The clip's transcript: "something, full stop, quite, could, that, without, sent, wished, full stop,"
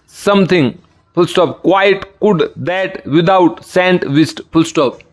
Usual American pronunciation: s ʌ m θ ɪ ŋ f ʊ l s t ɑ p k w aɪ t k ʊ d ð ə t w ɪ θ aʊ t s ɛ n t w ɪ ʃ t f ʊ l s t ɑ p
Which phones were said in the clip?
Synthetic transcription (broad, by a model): s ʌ m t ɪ ŋ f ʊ l s t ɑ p k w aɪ t k ʊ d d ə t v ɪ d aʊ t s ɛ n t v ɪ s t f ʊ l s t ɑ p